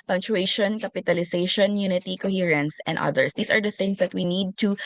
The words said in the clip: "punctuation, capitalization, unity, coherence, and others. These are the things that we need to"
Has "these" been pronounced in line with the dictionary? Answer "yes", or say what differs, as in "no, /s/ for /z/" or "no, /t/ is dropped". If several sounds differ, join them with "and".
no, /s/ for /z/